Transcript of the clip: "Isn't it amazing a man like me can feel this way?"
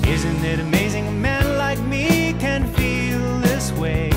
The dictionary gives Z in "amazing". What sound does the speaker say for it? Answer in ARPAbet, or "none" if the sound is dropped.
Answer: Z